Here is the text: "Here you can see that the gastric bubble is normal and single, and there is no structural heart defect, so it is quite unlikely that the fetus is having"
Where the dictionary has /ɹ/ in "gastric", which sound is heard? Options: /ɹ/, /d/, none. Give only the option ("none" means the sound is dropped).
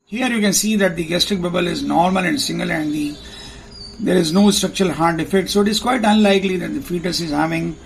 /ɹ/